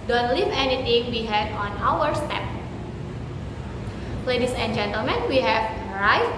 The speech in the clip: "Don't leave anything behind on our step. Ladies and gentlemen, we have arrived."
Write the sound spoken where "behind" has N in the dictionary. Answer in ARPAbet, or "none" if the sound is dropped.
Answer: none